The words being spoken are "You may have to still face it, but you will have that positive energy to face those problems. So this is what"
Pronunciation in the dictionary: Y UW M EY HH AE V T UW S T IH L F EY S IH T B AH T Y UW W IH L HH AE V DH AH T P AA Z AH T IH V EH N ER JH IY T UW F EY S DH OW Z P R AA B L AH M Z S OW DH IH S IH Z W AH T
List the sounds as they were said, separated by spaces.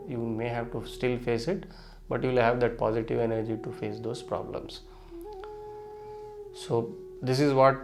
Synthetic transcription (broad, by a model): Y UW M EY HH AE V T UW S T IH L F EY S IH T B AH T Y UW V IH L HH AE V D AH T P AA Z AH T IH V EH N ER JH IY T UW F EY S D OW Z P R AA B L AH M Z S OW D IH S IH Z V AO T